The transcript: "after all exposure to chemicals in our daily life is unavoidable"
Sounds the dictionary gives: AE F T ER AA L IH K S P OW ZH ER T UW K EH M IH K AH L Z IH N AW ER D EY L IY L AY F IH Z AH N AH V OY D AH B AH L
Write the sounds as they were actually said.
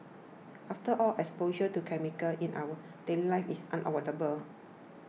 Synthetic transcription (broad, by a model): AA F T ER AA L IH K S P OW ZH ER T UW K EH M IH K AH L IH N AW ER D EY L IY L AY F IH S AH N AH W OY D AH B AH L